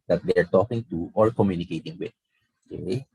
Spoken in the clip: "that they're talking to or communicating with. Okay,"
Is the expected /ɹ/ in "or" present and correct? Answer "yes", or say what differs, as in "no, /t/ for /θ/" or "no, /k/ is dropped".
no, /l/ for /ɹ/